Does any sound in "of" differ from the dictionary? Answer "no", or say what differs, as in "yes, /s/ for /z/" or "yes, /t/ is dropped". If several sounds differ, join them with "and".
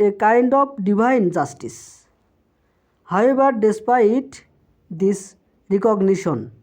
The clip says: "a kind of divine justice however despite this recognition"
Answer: yes, /p/ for /v/